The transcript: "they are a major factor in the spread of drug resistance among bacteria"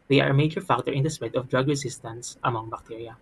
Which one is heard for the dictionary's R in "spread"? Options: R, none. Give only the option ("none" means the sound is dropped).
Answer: none